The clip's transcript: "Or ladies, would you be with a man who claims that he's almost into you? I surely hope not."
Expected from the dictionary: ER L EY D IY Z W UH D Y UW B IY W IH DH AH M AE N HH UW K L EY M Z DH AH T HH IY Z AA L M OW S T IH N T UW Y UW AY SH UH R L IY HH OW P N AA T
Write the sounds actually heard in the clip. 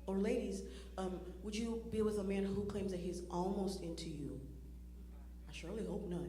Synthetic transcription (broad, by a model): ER L EY D IY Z W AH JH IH B IY W IH DH AH M AE N HH UW K L EY M Z DH AH T HH IY Z AA L M OW S T IH N T UW Y UW AY SH UH R L IY HH OW P N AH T